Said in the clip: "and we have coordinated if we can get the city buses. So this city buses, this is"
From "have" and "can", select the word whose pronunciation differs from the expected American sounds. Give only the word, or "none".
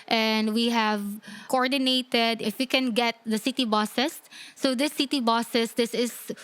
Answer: none